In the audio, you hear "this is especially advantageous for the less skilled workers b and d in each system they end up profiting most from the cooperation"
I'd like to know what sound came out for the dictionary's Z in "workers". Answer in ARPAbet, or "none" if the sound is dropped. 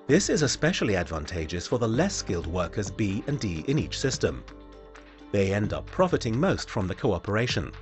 Z